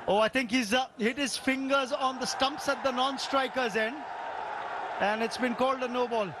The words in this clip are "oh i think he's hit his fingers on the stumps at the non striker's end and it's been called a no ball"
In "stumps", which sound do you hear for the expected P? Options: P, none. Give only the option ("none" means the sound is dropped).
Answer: P